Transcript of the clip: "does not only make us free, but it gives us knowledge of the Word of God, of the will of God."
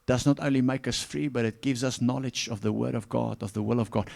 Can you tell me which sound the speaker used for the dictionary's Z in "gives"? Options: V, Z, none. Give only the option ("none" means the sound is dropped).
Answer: Z